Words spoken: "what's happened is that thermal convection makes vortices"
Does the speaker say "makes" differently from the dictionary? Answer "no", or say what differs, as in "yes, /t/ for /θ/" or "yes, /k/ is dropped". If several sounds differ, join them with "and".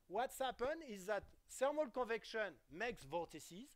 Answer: no